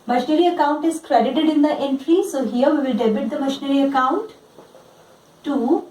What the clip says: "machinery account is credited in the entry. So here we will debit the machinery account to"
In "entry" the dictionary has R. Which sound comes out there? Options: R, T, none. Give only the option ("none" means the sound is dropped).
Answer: R